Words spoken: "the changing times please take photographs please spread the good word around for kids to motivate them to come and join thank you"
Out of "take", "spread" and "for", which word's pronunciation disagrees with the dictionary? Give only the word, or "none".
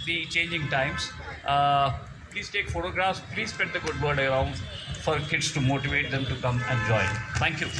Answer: spread